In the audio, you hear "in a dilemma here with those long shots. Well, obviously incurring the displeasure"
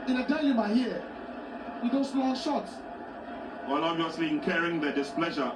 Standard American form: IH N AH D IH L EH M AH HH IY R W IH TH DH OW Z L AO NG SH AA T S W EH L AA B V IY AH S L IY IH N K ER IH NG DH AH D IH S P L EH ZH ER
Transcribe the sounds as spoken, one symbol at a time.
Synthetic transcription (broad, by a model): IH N AH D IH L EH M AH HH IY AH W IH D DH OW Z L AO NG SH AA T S W EH L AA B IY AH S L IY IH N K ER IH NG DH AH D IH S P L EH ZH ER